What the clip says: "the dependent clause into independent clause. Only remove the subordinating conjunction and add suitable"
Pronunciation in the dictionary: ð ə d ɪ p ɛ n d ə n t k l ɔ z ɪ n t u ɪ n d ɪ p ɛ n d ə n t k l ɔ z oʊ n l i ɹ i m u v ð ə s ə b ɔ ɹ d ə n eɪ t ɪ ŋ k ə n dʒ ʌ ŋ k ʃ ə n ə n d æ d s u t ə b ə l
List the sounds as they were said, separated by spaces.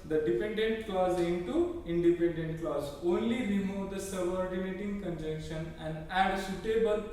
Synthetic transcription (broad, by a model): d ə d ɪ p ɛ n d ə n t k l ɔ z ɪ n t u ɪ n d ɪ p ɛ n d ə n t k l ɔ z oʊ n l i ɹ i m u v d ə s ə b ɔ ɹ d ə n eɪ t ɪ ŋ k ə n dʒ ʌ ŋ k ʃ ə n ə n d æ d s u t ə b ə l